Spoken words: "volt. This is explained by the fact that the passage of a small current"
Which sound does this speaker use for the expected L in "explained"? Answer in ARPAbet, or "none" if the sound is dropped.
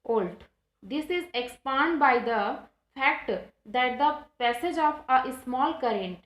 none